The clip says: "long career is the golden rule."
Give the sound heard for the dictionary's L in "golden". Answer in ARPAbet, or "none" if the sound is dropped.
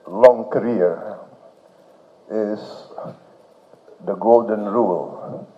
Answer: L